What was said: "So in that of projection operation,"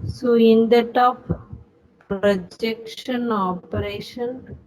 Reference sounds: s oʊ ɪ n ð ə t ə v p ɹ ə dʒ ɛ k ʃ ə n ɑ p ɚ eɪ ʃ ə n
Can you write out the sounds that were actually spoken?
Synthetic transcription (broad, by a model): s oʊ ɪ n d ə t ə p p ɹ ə dʒ ɛ k ʃ ə n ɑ p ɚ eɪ ʃ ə n